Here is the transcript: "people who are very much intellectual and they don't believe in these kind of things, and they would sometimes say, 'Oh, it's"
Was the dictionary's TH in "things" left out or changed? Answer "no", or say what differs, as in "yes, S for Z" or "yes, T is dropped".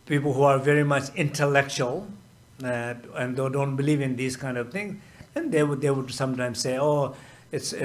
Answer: yes, T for TH